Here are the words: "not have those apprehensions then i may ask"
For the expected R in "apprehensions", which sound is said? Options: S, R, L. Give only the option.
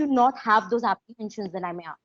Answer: L